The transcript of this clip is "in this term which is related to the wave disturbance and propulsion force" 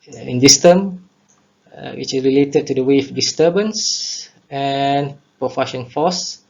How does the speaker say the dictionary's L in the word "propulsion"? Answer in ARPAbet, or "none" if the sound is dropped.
none